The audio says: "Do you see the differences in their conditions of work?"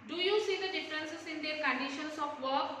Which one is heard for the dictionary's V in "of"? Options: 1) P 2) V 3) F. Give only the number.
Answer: 1